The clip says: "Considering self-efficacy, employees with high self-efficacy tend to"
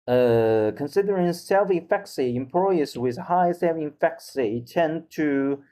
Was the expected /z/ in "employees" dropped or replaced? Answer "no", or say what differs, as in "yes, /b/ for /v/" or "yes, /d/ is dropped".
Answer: yes, /s/ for /z/